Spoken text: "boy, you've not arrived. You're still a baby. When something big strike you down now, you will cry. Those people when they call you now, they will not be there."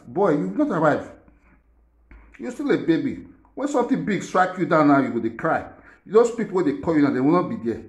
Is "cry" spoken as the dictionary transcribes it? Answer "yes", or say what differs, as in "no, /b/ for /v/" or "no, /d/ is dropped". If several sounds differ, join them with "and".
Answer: yes